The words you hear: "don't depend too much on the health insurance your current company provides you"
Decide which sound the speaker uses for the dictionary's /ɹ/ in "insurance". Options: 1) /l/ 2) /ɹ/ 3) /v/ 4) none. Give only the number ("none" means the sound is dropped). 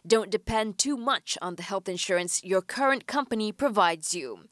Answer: 2